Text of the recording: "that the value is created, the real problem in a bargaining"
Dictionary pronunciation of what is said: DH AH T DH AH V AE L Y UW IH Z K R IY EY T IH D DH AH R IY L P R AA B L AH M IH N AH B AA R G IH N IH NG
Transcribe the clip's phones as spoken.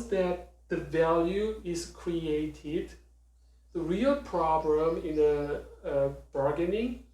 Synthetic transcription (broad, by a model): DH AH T DH AH V AE L Y UW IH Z K R IY EY T IH D DH AH R IY L P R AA B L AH M IH N AH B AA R G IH N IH